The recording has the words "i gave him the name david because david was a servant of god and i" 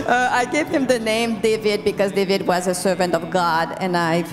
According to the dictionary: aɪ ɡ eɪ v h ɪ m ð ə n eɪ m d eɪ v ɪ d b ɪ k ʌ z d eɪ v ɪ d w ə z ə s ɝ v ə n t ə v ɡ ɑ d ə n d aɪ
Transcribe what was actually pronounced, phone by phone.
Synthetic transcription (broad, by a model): aɪ ɡ eɪ v h ɪ m ð ə n eɪ m d eɪ v ɪ d b ɪ k ʌ z d eɪ v ɪ d w ə z ə s ɝ v ə n t ə v ɡ ɑ d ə n aɪ